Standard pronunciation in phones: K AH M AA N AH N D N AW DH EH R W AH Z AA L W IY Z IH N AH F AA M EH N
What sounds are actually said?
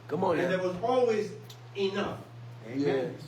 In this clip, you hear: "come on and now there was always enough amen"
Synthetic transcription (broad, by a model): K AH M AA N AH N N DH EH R W AH Z AA L W IY Z IH N AH F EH